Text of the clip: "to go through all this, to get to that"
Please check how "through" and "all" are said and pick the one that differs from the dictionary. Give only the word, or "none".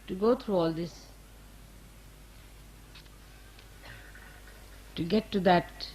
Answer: through